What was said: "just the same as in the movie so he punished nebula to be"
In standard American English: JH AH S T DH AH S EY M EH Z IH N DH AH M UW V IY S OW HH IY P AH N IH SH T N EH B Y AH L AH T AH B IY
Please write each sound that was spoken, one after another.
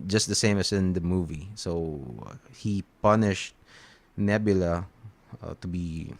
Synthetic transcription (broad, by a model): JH AH S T DH AH S EY M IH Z IH N DH AH M UW V IY S OW HH IY P AH N IH SH T N EH B Y AH L AH T AH B IY